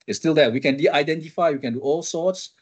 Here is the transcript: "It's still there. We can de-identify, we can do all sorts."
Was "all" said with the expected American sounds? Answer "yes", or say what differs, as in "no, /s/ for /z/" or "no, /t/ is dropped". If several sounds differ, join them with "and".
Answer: yes